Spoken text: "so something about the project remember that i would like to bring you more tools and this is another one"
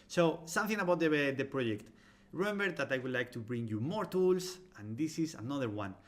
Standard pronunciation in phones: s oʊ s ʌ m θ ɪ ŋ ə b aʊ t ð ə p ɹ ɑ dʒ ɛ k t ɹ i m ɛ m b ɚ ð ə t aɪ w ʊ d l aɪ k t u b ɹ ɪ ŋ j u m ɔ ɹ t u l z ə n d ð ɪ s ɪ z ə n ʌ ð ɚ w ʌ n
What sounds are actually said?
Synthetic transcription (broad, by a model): s oʊ s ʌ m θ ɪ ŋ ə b aʊ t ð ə p ɹ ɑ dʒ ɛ k t ɹ i m ɛ m b ɚ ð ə t aɪ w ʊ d l aɪ k t u b ɹ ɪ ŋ j u m ɔ ɹ t u l s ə n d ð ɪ s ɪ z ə n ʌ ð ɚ w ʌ n